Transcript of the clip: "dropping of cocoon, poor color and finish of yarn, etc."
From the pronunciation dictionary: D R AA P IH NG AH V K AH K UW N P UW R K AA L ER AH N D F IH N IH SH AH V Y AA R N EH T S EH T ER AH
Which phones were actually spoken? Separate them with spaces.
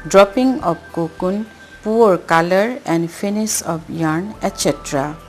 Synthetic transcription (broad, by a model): D R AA P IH NG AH B K AH K UW N P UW R K AA L ER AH N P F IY N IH S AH B Y AA R N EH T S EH T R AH